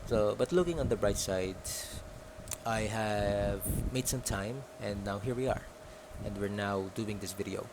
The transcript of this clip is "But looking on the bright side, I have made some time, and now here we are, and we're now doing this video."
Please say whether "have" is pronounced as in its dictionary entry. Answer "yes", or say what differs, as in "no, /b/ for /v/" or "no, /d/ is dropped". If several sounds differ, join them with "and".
yes